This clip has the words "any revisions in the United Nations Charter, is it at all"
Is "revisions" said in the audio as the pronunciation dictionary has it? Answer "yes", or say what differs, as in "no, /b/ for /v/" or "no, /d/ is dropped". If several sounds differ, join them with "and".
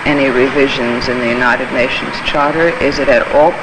yes